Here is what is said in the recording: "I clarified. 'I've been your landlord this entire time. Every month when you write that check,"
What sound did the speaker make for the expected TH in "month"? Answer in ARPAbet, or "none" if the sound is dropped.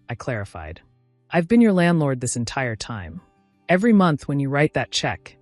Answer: TH